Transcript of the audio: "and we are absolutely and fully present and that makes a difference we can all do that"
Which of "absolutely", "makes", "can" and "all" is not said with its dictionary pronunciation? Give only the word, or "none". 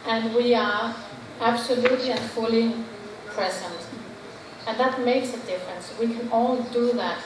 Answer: none